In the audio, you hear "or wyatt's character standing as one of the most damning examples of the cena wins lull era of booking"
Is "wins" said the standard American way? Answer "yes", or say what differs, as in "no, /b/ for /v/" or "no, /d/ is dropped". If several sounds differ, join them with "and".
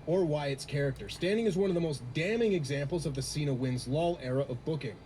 yes